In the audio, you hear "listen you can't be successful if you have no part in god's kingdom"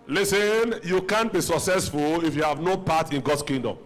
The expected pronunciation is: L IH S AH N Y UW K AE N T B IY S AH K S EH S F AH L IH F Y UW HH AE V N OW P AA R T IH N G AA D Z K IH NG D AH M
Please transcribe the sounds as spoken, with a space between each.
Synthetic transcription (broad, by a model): L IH S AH N Y UW K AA N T B IY S AH K S EH S F AH L IH F Y UW HH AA V N OW P AA T IH N G AA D S K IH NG D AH M